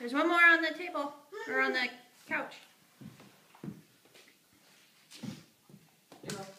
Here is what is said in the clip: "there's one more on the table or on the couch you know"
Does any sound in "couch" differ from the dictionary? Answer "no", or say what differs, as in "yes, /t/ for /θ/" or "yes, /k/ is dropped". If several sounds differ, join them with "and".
no